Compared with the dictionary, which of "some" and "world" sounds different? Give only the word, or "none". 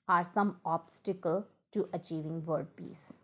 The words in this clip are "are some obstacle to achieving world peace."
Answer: world